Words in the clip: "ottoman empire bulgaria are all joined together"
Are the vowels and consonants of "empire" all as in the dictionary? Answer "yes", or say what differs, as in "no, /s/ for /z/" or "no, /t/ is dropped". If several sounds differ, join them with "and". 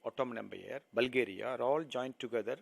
no, /b/ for /p/